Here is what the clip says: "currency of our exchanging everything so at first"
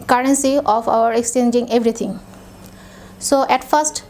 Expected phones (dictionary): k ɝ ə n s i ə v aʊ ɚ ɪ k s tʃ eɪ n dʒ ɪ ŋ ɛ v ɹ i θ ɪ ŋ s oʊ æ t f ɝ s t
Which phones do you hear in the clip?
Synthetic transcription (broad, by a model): k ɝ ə n s i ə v aʊ ɚ ɪ k s tʃ eɪ n dʒ ɪ ŋ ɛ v ɹ i t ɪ ŋ s oʊ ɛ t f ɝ s t